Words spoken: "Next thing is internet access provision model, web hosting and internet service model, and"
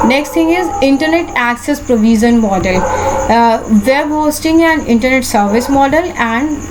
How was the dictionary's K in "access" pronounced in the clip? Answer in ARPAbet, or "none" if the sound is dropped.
K